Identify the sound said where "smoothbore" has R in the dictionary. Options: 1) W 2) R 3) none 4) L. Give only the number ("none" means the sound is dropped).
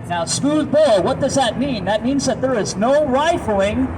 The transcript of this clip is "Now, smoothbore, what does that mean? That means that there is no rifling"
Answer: 4